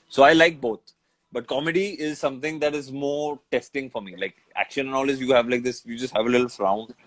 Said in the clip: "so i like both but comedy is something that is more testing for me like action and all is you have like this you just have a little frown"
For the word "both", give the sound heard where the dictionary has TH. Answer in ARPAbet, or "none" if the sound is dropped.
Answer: T